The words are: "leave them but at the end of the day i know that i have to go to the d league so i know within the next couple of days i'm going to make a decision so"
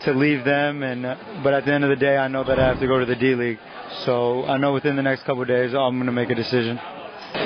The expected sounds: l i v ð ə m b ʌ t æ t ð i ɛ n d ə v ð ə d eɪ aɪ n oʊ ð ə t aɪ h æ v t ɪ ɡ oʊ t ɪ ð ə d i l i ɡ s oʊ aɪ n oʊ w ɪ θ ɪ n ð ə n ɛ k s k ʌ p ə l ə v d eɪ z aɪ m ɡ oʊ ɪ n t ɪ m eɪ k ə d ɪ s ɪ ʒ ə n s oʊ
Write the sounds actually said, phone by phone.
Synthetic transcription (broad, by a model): l i v ð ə m b ʌ t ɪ t ð i ɛ n d ə v ð ə d eɪ aɪ n oʊ ð ə t aɪ h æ f t ɪ ɡ oʊ t ɪ ð ə d i l i ɡ s oʊ aɪ n oʊ w ɪ θ ɪ n ð ə n ɛ k s k ʌ p l d eɪ z aɪ m ɡ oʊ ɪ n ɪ m eɪ k ə d ɪ s ɪ ʒ ə n